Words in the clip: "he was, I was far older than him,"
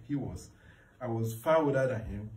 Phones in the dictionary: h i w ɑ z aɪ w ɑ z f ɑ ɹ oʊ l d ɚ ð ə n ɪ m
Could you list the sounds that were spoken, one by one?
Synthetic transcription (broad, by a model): h i w ɑ z aɪ w ɑ z f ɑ w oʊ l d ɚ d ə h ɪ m